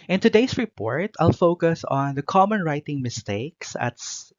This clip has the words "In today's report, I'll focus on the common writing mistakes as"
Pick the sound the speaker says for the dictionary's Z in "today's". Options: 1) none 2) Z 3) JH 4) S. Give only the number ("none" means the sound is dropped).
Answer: 4